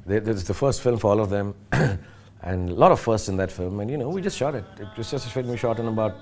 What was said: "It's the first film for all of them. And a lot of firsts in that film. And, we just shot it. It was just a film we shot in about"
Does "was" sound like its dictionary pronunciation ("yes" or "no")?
no